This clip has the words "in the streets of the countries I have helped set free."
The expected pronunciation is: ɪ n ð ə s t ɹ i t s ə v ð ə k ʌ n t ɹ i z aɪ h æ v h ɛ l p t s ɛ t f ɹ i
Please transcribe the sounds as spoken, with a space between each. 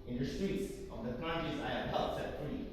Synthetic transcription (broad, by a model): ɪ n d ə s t ɹ i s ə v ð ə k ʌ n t i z aɪ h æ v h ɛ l t s ɛ t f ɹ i